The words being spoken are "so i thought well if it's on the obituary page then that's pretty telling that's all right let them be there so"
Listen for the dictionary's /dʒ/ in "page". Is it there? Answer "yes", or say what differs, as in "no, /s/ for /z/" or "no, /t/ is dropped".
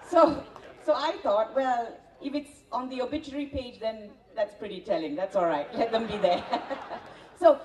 yes